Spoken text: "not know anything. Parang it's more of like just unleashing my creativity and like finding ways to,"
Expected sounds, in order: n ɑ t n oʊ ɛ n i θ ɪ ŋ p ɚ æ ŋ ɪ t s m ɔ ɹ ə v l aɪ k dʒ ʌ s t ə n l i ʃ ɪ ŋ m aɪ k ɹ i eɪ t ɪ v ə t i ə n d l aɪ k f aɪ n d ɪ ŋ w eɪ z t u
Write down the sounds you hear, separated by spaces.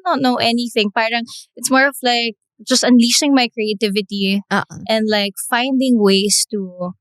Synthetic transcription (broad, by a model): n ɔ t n oʊ ɛ n i θ ɪ ŋ p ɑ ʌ ŋ ɪ t s m ɔ ɹ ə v l aɪ k dʒ ʌ s t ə n l i s ɪ ŋ m aɪ k ɹ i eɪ t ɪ v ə t i ə n d l aɪ k f aɪ n d ɪ ŋ w eɪ s t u